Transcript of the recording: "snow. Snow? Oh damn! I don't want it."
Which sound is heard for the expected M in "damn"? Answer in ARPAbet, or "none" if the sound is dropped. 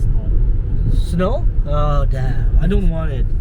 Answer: none